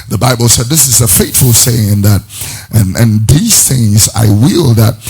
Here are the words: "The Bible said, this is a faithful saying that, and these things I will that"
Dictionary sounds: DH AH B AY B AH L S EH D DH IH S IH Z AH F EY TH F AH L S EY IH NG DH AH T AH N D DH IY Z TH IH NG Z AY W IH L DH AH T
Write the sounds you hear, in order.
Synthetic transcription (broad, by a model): DH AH B AY B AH L S EH D DH IH S IH Z AH F EY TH F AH L S EY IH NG DH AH T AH N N DH IY Z TH IH NG Z AY W IH L DH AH T